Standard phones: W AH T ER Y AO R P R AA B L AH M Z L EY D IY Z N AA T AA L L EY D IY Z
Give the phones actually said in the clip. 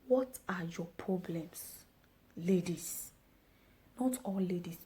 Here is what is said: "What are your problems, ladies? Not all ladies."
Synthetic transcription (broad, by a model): W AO T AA Y AO P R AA B L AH M S L EY D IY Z N AA T AA L L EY D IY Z